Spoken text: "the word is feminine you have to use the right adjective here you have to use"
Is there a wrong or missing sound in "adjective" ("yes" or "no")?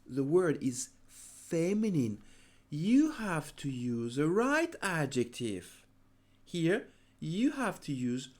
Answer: no